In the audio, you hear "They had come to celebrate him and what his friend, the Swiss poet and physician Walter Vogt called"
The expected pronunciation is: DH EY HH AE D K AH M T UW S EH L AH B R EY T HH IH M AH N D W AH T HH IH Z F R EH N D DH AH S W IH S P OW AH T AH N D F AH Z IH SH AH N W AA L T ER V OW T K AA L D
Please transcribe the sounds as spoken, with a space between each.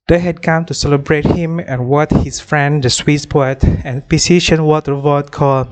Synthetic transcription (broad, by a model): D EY HH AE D K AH M T UW S EH L AH B R EY T HH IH M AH N W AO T HH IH S F R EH N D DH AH S W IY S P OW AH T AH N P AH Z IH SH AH N W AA T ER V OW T K AA L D